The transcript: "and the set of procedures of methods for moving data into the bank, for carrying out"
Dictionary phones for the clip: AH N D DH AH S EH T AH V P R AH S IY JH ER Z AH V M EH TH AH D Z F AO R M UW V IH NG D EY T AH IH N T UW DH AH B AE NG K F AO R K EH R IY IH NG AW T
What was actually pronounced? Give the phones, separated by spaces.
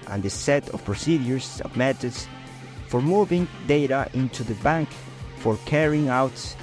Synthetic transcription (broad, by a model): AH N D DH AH S EH T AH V P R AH S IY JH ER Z AH V M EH T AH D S F AO R M UW V IH NG D EY T AH IH N T UW DH AH B AE NG K F AO R K EH R IY IH NG AW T